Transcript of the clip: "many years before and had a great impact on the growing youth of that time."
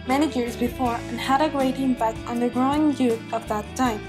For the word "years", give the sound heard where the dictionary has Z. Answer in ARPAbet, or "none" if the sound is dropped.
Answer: Z